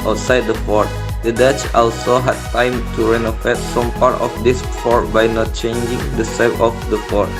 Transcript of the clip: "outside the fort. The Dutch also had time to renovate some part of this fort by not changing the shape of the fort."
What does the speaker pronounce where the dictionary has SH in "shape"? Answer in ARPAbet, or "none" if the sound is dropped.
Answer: S